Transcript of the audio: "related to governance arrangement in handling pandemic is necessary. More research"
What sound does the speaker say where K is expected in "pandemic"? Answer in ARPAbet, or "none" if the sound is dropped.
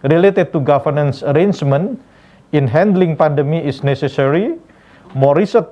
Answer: none